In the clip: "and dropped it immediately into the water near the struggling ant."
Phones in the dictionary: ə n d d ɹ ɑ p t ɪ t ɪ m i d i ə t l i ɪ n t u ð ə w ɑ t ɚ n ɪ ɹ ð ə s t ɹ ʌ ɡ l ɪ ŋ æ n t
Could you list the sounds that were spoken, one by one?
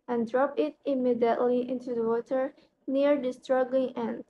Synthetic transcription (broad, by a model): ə n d d ɹ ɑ p ɪ t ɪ m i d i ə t l i ɪ n t u ð ə w ɑ t ɚ n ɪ ɹ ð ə s t ɹ ʌ ɡ l ɪ ŋ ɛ n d